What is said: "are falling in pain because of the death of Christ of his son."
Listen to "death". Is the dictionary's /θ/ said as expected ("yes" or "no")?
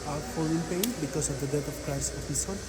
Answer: no